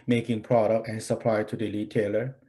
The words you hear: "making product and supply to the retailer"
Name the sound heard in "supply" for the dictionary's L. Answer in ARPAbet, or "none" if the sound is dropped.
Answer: L